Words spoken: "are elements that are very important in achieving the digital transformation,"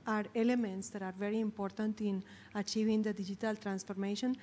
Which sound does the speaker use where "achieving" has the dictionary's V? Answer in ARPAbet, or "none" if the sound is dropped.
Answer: V